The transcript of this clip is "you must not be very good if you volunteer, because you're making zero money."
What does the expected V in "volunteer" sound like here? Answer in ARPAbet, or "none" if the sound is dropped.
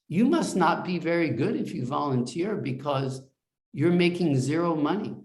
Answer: V